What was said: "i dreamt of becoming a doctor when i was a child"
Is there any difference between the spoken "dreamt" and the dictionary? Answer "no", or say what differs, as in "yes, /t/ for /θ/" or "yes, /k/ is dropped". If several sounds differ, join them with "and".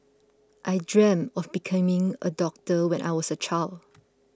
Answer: yes, /t/ is dropped